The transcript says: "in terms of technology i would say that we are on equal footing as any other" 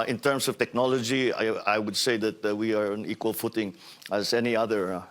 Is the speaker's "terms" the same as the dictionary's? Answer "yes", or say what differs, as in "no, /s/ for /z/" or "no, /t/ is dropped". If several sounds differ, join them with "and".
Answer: no, /s/ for /z/